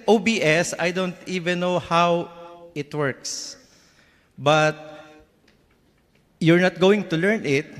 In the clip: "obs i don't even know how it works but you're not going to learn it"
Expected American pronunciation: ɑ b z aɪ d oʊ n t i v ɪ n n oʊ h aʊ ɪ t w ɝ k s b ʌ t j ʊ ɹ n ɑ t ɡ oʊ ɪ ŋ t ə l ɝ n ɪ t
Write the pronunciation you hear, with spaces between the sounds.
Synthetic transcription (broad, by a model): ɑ b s aɪ d oʊ n t i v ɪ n n oʊ h aʊ ɪ t w ɝ k s b ʌ t j ʊ ɹ n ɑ t ɡ oʊ ɪ ŋ t ə l ɝ n ɪ t